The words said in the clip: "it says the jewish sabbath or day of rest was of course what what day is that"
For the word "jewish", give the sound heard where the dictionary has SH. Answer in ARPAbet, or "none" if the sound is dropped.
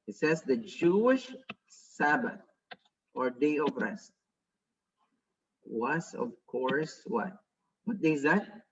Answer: SH